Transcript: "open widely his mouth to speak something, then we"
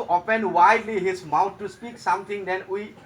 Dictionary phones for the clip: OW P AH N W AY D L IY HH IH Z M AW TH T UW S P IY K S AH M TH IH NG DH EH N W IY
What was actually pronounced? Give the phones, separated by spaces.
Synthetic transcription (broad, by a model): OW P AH N W AY D L IY HH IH S M AW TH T UW S P IY K S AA M T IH NG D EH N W IY